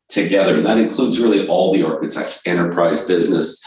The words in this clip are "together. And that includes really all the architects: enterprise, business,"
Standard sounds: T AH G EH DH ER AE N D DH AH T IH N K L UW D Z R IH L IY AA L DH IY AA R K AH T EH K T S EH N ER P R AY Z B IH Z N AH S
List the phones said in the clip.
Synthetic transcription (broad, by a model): T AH G EH DH ER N DH AH T IH N K L UW D Z R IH L IY AA L DH IY AA R K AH T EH K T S EH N ER P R AY Z B IH Z N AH S